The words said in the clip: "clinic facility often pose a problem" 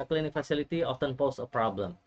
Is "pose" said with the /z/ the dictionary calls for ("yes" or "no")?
no